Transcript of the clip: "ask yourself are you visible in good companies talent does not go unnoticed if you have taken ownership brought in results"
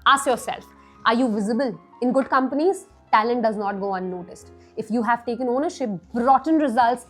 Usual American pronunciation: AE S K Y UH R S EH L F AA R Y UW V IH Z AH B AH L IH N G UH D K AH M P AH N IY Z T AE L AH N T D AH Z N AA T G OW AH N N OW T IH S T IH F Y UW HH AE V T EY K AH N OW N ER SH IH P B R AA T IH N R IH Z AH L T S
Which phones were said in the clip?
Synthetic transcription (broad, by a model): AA S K Y UH R S EH L F AA R Y UW V IH Z AH B AH L IH N G UH D K AH M P AH N IY Z T AE L AH N T D AH Z N AA T G OW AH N N OW T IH S T IH F Y UW HH AE V T EY K AH N OW N ER SH IH P B R AA T N R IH Z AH L T S